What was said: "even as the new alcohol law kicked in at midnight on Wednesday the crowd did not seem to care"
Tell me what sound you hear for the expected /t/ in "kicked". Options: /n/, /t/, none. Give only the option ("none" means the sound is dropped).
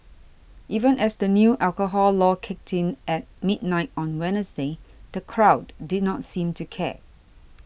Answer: /t/